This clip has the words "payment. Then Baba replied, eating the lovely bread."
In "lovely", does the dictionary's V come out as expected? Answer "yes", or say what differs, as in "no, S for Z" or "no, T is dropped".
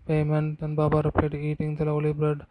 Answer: no, V is dropped